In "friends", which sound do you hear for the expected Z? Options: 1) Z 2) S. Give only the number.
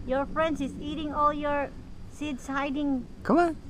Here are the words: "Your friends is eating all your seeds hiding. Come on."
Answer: 2